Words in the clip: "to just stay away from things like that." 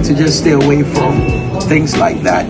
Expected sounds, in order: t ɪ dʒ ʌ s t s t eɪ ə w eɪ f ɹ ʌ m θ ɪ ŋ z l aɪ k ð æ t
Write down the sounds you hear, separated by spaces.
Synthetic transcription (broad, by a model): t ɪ dʒ ʌ s t s t eɪ ə w eɪ f ɹ ʌ m θ ɪ ŋ z l aɪ k ð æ t